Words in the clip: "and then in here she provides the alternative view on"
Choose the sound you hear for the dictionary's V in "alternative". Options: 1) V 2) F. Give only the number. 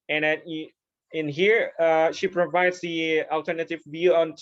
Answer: 1